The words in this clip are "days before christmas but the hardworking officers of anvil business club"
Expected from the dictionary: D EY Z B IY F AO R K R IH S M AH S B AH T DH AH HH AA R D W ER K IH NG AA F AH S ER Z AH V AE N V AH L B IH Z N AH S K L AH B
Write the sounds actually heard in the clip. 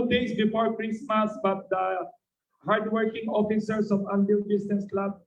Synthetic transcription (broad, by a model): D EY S B IY F AO R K R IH S M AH S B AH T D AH HH AA R D W ER K IH NG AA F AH S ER S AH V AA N B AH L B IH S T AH S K L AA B